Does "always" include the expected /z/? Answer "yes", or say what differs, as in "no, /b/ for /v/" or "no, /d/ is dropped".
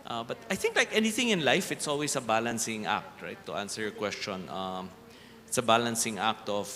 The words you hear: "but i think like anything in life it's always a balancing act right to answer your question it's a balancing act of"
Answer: no, /s/ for /z/